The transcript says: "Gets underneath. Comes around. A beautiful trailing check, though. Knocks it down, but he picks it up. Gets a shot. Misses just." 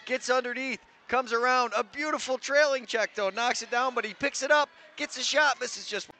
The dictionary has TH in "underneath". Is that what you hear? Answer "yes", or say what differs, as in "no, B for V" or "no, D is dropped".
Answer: yes